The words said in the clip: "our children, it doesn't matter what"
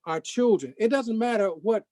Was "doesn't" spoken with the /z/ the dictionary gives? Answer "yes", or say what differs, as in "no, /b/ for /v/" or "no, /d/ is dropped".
yes